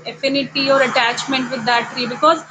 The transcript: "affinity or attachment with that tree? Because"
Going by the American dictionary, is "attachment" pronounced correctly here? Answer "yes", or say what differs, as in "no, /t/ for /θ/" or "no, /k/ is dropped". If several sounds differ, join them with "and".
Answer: yes